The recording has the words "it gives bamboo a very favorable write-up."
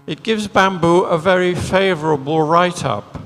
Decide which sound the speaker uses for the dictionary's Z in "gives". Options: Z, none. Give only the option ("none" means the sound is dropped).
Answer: Z